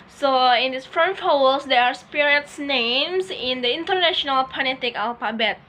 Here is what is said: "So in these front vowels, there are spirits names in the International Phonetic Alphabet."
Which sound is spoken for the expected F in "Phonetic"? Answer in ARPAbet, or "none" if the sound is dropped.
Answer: P